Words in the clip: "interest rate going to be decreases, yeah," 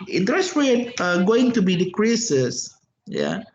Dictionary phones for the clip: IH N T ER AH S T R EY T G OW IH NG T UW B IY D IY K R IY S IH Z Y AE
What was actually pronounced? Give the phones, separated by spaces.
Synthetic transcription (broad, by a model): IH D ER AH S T W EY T G OW IH NG T UW B IY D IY K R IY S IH S Y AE